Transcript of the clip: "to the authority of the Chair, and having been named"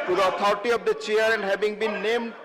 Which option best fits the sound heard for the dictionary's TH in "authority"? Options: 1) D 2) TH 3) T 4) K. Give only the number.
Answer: 3